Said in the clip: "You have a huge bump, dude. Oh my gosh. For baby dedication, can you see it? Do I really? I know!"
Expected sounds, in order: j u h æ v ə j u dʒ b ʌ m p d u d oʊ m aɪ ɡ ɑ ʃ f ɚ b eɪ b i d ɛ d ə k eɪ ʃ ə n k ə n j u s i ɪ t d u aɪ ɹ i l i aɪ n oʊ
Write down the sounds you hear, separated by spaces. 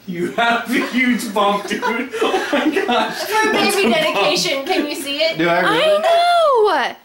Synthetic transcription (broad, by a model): j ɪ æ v ə j u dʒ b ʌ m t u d oʊ m aɪ ɡ ɑ ʃ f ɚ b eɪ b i d ɛ d ə k eɪ ʃ ə n k ə n j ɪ s i ɪ t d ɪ aɪ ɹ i w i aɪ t